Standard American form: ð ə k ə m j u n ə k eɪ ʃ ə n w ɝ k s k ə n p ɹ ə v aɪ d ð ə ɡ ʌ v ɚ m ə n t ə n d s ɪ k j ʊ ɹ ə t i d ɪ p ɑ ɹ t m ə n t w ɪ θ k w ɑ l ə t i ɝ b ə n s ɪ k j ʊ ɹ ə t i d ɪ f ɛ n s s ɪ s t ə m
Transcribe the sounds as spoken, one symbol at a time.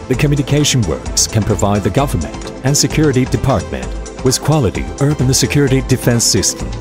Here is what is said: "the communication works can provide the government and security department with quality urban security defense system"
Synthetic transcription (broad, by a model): ð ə k ə m j u n ə k eɪ ʃ ə n w ɝ k s k ə n p ɹ ə v aɪ d ð ə ɡ ʌ v ɚ m ə n t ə n s ɪ k j ʊ ɹ ə t i d ɪ p ɑ ɹ t m ə n t w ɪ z k w ɑ l ə t i ɝ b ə n s ɪ k j ʊ ɹ ə t i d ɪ f ɛ n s s ɪ s t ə m